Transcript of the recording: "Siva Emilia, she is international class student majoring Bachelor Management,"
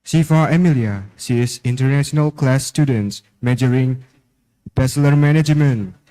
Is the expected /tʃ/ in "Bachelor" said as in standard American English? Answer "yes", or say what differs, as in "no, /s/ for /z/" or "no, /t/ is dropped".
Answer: no, /s/ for /tʃ/